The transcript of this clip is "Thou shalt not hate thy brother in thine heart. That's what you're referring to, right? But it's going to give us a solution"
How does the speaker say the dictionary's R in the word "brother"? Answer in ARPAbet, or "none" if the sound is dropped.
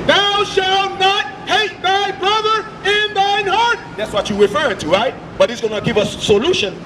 R